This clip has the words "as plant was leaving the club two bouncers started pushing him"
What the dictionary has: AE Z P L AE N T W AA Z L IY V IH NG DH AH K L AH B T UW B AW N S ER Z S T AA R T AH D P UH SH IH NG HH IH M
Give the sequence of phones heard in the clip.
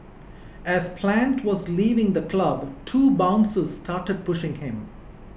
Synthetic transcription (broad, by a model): AE Z P L AE N T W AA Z L IY V IH NG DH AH K L AH B T UW B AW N S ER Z S T AA R T AH D P UH SH IH NG HH IH M